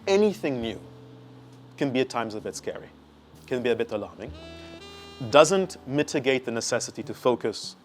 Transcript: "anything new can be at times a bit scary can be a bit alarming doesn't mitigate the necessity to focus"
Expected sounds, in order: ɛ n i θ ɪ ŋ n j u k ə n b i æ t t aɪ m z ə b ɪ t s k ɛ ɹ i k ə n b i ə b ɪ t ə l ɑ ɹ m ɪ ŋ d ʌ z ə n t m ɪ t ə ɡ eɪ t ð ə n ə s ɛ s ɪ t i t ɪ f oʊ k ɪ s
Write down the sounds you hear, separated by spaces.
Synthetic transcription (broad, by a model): ɛ n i θ ɪ ŋ n j u k ə n b i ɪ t t aɪ m z ə b ɪ t s k ɛ ɹ i k ə n b i ə b ɪ t ə l ɑ ɹ m ɪ ŋ d ʌ z ə n t m ɪ t ə ɡ eɪ t ð ə n ə s ɛ s ɪ t i t ɪ f oʊ k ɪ s